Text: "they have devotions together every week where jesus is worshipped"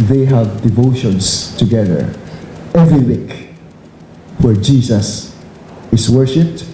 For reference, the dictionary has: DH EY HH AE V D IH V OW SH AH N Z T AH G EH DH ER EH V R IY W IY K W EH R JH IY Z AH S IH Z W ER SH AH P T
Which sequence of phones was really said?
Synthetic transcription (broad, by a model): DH EY HH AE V D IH V OW SH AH N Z T AH G EH DH ER EH V R IY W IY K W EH R JH IY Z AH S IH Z W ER SH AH P T